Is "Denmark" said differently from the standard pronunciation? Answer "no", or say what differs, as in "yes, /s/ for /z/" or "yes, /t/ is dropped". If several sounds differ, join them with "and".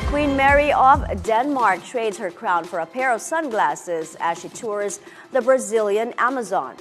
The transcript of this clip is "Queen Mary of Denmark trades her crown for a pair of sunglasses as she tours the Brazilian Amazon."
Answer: no